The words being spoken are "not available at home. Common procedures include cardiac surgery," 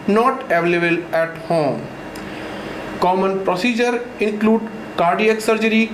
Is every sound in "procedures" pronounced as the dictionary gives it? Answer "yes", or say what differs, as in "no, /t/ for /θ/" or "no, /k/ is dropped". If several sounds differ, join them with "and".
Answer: no, /z/ is dropped